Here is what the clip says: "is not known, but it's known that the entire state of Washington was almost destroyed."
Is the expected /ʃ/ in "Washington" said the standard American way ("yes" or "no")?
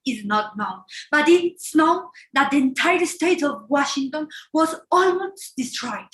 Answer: yes